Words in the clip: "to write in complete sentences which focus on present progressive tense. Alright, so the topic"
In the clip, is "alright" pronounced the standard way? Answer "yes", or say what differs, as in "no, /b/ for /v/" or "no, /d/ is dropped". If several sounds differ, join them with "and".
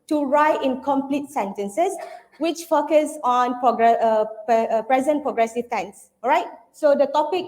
no, /l/ is dropped